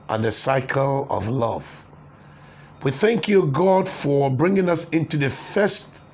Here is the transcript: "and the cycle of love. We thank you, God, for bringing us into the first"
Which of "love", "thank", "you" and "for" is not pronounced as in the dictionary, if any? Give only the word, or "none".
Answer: none